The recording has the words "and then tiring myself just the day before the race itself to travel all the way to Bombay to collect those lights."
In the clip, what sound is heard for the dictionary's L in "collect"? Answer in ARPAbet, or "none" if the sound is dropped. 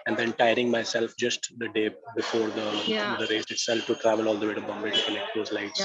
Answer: N